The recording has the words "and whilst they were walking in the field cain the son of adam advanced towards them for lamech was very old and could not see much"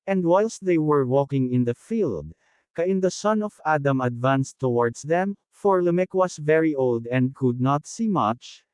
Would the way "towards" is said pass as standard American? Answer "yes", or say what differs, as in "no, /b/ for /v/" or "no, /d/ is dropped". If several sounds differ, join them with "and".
no, /s/ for /z/